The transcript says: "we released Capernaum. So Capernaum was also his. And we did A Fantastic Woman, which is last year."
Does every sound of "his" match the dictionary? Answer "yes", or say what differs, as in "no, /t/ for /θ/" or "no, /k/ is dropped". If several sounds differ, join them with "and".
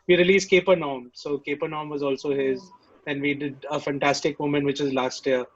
yes